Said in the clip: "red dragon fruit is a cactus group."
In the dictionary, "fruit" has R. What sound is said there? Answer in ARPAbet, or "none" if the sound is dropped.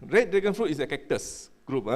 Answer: R